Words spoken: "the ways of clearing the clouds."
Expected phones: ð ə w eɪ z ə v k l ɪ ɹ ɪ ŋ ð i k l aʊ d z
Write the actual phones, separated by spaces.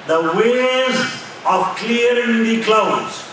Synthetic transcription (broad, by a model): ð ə w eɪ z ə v k l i ɪ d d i k l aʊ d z